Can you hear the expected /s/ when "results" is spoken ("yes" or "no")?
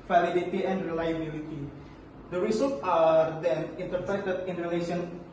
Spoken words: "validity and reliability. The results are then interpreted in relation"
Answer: no